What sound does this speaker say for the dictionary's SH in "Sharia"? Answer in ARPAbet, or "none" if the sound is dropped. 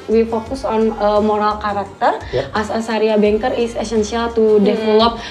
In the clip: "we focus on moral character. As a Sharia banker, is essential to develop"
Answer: S